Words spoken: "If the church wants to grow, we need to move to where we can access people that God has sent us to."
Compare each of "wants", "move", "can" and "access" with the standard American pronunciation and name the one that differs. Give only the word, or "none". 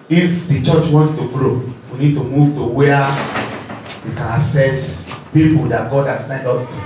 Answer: access